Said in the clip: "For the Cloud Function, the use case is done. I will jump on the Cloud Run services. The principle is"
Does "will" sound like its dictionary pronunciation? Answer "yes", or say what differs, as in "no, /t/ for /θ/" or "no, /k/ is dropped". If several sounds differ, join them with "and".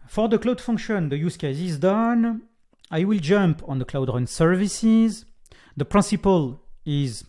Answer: yes